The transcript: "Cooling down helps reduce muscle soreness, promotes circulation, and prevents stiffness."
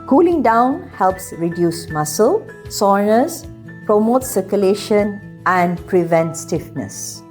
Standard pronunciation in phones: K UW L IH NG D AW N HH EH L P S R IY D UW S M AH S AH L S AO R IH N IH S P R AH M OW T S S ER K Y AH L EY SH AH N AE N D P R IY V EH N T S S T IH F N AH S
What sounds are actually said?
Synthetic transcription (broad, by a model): K UW L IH NG D AW N HH EH L P S R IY D UW S M AH S AH L S AO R N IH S P R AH M OW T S S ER K Y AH L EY SH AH N AE N D P R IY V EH N T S S T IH F N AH S